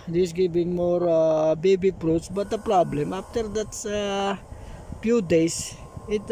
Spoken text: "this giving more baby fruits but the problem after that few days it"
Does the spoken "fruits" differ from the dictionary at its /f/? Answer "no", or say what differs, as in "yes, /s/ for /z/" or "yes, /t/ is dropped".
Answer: yes, /p/ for /f/